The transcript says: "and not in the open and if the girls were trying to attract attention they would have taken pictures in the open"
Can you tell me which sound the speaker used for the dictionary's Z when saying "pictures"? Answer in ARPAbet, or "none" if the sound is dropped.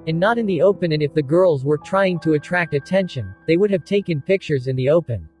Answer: Z